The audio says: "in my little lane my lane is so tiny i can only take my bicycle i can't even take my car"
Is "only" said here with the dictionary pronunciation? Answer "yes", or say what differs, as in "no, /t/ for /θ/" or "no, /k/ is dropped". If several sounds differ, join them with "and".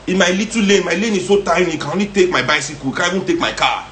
no, /l/ is dropped